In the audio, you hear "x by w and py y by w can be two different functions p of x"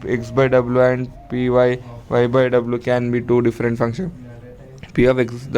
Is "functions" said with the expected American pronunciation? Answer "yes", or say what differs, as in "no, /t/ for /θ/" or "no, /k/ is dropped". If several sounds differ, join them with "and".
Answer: no, /z/ is dropped